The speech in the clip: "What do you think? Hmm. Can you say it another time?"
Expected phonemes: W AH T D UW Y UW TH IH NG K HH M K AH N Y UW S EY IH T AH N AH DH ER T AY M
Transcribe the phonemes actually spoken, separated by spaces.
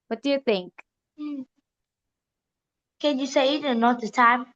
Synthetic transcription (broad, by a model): W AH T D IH Y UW TH IH NG K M K AH N Y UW S EY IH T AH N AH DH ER T AY M